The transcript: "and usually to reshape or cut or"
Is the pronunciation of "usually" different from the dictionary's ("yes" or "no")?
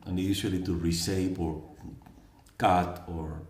yes